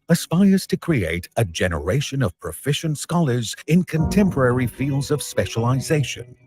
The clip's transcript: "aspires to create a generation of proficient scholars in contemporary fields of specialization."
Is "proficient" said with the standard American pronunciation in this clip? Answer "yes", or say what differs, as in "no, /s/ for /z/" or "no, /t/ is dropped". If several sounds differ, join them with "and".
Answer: yes